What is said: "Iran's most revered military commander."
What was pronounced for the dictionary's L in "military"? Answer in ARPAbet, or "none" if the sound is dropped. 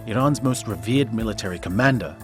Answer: L